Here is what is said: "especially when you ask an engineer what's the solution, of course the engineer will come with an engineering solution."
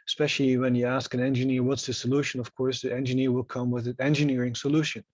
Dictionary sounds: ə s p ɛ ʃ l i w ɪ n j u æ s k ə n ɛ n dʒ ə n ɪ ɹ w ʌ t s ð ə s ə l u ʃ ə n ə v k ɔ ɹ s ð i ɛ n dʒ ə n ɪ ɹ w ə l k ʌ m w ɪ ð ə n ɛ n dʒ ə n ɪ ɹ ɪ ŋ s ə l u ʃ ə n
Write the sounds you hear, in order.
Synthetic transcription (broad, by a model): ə s p ɛ ʃ l i w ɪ n j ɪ æ s k ə n ɛ n dʒ ə n ɪ ɹ w ʌ t s ð ə s ə l u ʃ ə n ə v k ɔ ɹ s ð i ɛ n dʒ ə n ɪ ɹ w ə l k ʌ m w ɪ ð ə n ɛ n dʒ ə n ɪ ɹ ɪ ŋ s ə l u ʃ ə n